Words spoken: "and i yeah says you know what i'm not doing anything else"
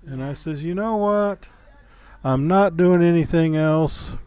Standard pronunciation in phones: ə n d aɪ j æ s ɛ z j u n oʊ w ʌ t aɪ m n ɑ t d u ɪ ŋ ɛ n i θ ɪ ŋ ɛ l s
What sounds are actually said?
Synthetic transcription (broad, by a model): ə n aɪ s ɛ z j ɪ n oʊ w ʌ t aɪ m n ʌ t d u ɪ ŋ ɛ n i θ ɪ ŋ ɛ l s